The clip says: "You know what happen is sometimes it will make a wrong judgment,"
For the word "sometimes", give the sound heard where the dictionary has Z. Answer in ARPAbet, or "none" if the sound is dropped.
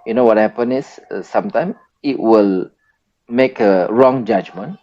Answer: none